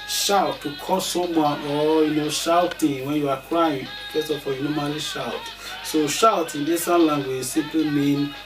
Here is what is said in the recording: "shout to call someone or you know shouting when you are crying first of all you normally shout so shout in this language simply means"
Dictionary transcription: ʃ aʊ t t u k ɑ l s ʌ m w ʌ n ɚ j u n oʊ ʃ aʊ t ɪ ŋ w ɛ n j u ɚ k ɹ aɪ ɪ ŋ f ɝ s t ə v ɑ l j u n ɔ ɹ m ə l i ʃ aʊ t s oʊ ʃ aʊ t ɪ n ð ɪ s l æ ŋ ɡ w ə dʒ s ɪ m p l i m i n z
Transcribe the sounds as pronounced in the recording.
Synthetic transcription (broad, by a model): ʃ aʊ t t u k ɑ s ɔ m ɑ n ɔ j u n oʊ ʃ aʊ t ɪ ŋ w ɛ n j u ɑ k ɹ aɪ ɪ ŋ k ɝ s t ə f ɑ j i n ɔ m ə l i ʃ aʊ t s oʊ ʃ aʊ t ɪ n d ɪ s l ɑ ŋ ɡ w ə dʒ s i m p l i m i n